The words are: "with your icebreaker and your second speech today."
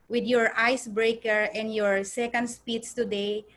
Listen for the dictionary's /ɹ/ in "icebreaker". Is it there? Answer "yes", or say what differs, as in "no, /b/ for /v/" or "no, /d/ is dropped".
yes